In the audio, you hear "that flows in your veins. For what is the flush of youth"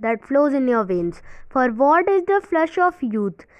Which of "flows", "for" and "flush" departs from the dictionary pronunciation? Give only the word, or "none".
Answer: none